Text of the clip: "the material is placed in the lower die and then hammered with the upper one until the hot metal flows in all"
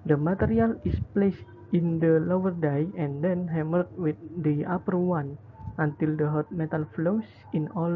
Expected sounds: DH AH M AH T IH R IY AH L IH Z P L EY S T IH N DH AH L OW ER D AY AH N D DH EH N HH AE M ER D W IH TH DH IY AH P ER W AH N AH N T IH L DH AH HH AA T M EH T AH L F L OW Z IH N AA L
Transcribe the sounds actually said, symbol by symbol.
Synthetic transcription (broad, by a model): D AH M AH T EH R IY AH L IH S P L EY S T IH N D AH L OW ER D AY AH N D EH N HH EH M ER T W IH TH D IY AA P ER W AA N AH N T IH L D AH HH AA T M EH T AH L F L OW S IH N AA L